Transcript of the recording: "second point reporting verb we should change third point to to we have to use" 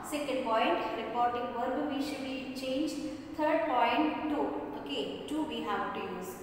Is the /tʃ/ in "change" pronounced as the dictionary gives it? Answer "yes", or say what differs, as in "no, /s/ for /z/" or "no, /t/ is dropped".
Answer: yes